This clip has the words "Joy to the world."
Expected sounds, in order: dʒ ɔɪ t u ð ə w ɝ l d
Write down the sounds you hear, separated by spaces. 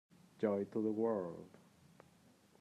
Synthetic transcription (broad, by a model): dʒ ɔɪ t u ð ə w ɝ l d